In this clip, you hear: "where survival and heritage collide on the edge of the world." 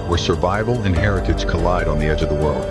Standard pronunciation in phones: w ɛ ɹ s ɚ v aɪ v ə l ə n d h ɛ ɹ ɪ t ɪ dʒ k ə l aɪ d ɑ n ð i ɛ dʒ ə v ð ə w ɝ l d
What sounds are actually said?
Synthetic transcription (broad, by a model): w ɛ ɹ s ɚ v aɪ v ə l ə n h ɛ ɹ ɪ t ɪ z k ə l aɪ d n ð i ɛ dʒ ə v ð ə w ɝ l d